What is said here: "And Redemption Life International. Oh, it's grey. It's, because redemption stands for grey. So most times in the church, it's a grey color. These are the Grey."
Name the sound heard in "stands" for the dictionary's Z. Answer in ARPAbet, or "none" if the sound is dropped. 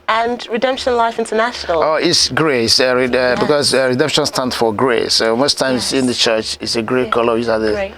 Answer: none